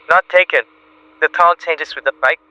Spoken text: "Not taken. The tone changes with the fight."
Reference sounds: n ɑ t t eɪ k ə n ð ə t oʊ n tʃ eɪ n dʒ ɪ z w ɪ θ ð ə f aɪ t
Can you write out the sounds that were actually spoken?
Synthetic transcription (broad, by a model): n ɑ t t eɪ k ə n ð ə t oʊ l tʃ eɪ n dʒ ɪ s w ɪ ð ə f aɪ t